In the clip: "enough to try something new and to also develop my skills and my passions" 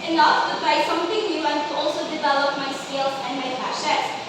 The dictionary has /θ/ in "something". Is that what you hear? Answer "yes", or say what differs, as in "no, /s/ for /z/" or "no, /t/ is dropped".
no, /t/ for /θ/